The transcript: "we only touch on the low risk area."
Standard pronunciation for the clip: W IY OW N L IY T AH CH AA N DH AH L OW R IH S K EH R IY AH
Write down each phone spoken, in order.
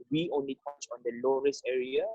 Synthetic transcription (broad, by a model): W IY OW N L IY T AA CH AA N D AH L OW R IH S EH R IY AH